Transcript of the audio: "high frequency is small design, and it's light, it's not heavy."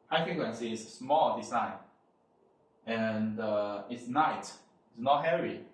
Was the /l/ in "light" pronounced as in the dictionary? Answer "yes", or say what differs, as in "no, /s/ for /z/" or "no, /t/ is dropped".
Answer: no, /n/ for /l/